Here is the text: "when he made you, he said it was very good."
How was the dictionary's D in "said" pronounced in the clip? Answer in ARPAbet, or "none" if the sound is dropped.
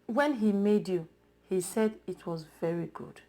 D